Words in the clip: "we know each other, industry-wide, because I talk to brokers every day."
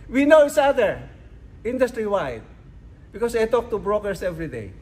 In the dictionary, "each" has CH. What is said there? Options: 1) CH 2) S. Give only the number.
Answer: 2